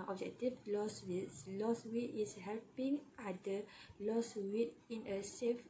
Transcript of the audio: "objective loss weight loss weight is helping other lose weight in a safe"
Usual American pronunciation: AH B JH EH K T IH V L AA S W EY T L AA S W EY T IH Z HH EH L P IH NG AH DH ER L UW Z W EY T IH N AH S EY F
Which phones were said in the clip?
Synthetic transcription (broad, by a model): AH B JH EH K T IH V L AA S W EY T L AA S W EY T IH S HH EH L P IH NG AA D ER L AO S W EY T IH N AH S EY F